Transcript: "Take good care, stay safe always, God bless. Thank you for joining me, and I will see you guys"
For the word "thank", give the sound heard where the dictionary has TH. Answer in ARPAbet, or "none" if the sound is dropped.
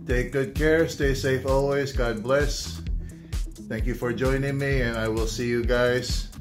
TH